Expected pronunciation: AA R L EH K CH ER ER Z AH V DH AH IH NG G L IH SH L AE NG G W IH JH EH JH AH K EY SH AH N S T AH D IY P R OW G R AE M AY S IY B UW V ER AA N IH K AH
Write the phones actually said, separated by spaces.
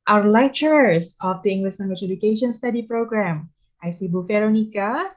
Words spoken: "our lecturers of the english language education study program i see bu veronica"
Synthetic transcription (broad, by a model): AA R L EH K CH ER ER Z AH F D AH IH NG G L IH SH N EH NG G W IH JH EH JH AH K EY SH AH N S T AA D IY P R OW G R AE M AY S IY B UW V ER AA N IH K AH